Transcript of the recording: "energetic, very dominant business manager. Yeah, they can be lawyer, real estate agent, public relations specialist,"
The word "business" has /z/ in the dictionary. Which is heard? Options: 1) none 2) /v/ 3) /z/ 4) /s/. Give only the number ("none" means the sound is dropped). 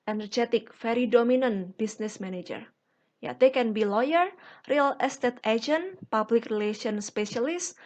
4